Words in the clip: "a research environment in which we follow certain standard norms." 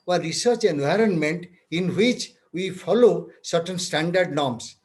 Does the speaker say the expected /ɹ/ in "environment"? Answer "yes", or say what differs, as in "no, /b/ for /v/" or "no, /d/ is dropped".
yes